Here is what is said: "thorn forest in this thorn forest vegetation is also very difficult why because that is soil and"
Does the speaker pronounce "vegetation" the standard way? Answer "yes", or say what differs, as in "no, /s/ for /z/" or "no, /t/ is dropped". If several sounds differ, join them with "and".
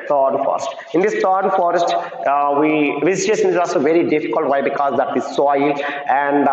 no, /z/ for /dʒ/